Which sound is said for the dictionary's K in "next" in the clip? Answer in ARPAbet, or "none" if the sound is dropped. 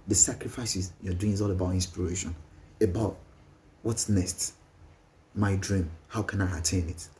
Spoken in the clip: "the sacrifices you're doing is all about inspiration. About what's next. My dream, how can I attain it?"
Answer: none